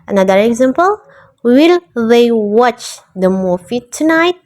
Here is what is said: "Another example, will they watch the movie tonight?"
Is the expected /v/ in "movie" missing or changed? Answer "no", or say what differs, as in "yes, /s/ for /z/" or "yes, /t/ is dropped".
yes, /f/ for /v/